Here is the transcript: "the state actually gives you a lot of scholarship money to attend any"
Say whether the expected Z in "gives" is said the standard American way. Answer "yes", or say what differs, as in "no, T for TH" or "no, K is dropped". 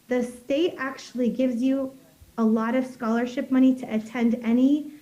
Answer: yes